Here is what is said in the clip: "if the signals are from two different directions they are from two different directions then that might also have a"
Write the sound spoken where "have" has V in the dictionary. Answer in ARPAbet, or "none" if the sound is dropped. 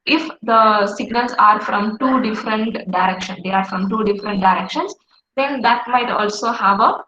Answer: V